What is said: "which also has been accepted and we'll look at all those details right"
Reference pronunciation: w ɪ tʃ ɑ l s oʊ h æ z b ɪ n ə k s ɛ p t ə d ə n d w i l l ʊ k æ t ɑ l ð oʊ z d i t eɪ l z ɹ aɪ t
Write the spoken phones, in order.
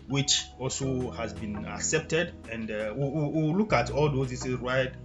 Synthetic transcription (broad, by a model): w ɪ tʃ ɑ l s oʊ h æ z b ɪ n ə k s ɛ p t ə d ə n d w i w l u k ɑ t ɑ l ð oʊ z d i s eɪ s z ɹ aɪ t